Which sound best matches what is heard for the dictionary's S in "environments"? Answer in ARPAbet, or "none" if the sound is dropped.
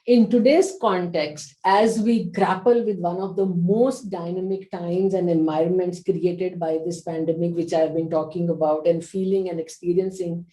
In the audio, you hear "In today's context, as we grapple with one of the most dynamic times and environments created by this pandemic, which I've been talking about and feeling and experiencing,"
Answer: S